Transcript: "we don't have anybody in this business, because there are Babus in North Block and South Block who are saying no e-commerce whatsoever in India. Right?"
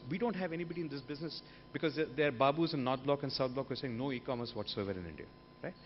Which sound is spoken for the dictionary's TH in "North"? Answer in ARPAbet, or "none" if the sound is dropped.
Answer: T